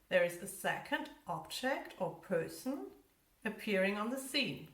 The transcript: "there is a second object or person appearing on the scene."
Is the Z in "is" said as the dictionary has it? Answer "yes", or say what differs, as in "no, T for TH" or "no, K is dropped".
yes